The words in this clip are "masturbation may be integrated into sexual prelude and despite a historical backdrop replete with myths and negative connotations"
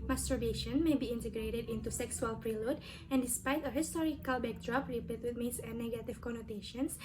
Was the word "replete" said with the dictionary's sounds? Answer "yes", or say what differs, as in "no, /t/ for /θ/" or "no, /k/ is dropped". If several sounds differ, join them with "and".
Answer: no, /l/ is dropped